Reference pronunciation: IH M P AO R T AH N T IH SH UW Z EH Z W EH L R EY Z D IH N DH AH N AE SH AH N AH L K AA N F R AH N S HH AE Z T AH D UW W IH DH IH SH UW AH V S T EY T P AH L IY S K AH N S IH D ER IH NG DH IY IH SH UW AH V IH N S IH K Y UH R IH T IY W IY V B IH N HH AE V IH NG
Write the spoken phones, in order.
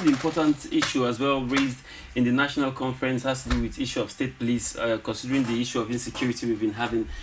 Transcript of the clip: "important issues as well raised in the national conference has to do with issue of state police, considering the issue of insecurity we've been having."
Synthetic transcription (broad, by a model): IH M P AO T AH N T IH SH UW AH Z W EH L R EY Z D IH N DH AH N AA SH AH N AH L K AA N F R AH N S HH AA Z T AH D UW W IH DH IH SH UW AH V S T EY T P AH L IY S K AH N S IH D ER IH NG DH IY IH SH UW AH V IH N S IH K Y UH R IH T IY W IY V B IH N HH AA V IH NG